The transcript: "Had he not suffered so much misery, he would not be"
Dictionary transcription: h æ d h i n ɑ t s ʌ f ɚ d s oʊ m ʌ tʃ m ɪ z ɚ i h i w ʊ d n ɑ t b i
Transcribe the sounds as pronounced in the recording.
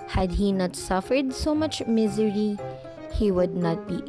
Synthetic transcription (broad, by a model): h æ d h i n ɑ t s ʌ f ɚ d s oʊ m ʌ tʃ m ɪ z ɚ i h i w ʊ d n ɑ t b i